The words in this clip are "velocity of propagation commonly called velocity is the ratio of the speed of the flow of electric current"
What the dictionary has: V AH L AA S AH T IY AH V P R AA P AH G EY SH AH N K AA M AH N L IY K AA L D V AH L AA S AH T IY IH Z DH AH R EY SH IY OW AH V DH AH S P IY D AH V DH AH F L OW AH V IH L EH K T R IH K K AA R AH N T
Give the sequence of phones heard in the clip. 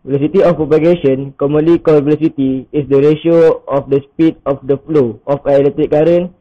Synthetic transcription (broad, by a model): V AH L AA S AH T IY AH F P AA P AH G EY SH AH N K AA M AH N L IY K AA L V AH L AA S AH T IY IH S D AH R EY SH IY OW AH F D AH S P IY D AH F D AH F L OW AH F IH L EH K T R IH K K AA R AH N